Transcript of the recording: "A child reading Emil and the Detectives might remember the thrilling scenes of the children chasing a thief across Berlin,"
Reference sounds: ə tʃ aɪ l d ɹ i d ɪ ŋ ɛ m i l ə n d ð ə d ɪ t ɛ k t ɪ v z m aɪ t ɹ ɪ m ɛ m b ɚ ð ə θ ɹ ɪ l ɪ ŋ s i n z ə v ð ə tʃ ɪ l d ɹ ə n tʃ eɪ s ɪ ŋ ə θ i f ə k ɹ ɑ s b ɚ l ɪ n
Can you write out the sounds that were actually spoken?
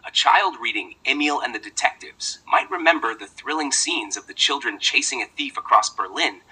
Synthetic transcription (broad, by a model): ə tʃ aɪ l d ɹ i d ɪ ŋ ɛ m i l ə n ð ə d ɪ t ɛ k t ɪ v z m aɪ t ɹ ɪ m ɛ m b ɚ ð ə θ ɹ ɪ l ɪ ŋ s i n z ə v ð ə tʃ ɪ l d ɹ ə n tʃ eɪ s ɪ ŋ ə θ i f ə k ɹ ɑ s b ɚ l ɪ n